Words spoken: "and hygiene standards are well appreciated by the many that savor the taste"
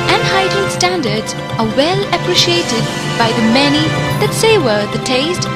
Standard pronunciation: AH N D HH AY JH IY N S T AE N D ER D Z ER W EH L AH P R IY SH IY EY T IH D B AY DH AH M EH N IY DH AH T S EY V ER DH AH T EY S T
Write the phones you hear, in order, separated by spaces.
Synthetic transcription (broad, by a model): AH N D HH AY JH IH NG S T AE N D ER D Z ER W EH L AH P R IY SH IY EY T IH D B AY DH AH M EH N IY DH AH T S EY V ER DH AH T EY S T